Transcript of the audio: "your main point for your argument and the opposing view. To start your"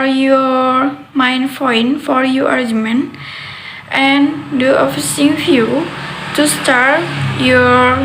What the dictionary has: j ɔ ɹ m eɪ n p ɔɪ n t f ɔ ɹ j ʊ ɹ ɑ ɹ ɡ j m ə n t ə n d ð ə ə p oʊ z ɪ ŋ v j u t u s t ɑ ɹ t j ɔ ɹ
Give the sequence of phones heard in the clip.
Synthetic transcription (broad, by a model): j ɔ ɹ m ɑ n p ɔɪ n f ɔ ɹ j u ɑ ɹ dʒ m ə n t ə n d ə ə f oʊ s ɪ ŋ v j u t u s t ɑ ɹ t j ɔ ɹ